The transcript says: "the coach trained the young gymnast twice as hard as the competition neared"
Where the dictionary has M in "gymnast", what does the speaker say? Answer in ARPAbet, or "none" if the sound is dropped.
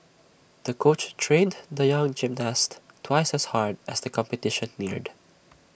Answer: M